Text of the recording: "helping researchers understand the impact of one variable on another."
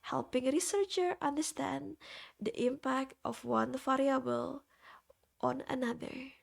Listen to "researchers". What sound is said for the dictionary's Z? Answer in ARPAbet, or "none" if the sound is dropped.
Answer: none